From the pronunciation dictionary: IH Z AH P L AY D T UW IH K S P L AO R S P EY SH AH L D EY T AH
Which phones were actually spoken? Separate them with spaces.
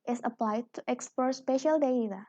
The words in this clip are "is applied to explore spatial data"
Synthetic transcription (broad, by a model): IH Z AH P L AY D T UW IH K S P AO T S P EY SH AH L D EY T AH